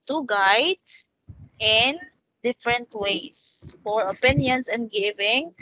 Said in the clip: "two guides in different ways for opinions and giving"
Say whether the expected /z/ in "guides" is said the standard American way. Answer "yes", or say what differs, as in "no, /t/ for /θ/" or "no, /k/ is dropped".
no, /z/ is dropped